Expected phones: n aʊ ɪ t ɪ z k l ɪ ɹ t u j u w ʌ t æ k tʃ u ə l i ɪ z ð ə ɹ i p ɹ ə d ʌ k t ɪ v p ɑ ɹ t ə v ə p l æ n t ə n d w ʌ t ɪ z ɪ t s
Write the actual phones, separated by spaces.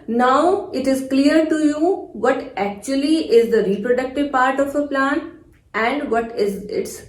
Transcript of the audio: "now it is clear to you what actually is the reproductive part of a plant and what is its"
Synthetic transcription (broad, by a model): n aʊ ɪ t ɪ z k l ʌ ɹ t u j u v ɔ t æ k tʃ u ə l i ɪ z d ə ɹ i p ɹ ə d ʌ k t ɪ v p ɑ ɹ t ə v ə p l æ n ə n d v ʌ t ɪ z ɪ t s